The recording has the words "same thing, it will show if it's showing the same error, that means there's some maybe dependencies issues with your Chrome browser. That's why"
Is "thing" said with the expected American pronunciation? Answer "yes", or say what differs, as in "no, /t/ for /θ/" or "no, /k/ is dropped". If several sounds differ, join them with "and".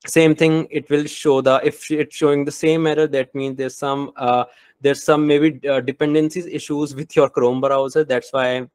no, /t/ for /θ/